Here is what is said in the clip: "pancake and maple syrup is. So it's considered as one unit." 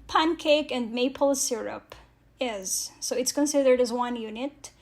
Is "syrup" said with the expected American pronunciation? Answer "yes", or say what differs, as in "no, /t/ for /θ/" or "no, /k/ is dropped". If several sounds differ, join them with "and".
yes